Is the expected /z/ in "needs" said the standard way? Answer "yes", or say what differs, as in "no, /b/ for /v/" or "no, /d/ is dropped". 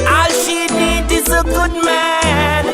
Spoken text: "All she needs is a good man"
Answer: no, /z/ is dropped